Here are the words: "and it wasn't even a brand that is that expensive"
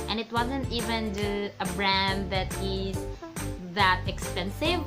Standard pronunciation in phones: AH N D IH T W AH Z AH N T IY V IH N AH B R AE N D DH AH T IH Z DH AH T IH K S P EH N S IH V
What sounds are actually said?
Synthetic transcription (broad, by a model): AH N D IH T W AH Z AH N T IY V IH N AH B R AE N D DH AH T IH Z DH AH T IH K S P EH N S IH V